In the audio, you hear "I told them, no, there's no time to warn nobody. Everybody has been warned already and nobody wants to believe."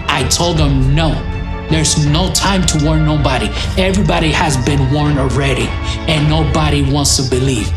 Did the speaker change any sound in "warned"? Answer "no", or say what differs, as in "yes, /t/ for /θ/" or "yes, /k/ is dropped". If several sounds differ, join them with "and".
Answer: yes, /d/ is dropped